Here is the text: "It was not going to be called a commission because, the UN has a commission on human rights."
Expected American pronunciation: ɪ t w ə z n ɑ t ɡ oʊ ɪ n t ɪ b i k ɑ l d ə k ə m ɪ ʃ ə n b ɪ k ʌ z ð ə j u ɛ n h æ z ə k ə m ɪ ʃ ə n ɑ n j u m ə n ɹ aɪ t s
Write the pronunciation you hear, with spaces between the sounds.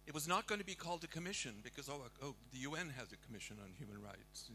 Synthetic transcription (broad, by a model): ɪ t w ə z n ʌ t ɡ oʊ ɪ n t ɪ b i k ɑ l d ə k ə m ɪ ʃ ə n b ɪ k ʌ z ð ə j u ɛ n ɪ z ə k ə m ɪ ʃ ə n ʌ n j u m ə n ɹ aɪ t s